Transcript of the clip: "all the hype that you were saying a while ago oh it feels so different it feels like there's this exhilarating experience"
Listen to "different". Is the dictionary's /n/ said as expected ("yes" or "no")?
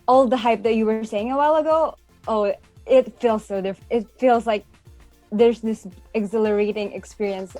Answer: no